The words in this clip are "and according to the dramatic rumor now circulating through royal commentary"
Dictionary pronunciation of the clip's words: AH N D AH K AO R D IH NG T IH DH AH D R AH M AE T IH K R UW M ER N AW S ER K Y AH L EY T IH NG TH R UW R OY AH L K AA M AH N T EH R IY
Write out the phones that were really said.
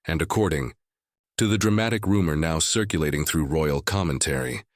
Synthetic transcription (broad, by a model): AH N D AH K AO R D IH NG T IH DH AH D R AH M AE T IH K R UW M ER N AW S ER K Y AH L EY T IH NG TH R UW R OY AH L K AA M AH N T EH R IY